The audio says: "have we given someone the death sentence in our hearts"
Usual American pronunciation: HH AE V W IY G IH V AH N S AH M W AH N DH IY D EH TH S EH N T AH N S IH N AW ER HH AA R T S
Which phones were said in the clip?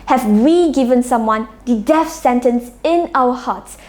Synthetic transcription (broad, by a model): HH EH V W IY G IH V AH N S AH M W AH N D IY D EH F S EH N T AH N S IH N AW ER HH AA T S